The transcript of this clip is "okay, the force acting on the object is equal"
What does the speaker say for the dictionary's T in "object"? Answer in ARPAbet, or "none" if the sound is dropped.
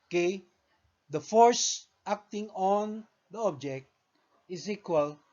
T